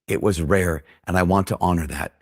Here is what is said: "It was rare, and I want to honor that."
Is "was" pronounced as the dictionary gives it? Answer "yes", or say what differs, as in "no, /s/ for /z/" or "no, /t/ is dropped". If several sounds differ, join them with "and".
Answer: yes